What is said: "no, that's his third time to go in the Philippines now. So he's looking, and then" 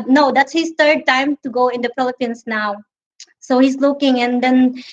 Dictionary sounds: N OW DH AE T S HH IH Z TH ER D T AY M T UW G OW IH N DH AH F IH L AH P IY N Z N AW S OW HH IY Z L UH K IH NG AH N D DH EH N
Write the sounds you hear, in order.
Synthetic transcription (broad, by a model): N OW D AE T S HH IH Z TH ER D T AY M T UW G OW IH N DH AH P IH L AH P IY N S N AW S OW HH IY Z L UH K IH NG AH N D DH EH N